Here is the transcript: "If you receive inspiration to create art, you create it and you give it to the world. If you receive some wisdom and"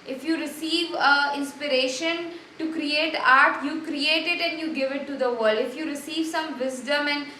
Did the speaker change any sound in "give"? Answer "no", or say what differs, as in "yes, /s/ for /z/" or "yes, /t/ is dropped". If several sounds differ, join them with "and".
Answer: no